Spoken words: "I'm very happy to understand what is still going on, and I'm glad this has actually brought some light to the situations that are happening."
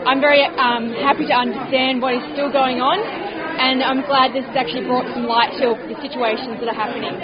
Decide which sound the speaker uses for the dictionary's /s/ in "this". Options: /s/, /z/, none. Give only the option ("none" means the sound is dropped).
/s/